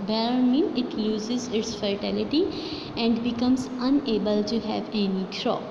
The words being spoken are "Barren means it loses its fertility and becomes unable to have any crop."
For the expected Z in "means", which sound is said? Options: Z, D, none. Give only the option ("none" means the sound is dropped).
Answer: none